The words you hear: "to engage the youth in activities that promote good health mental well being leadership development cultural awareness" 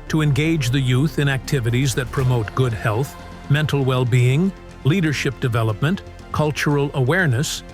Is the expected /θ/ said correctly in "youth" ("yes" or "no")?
yes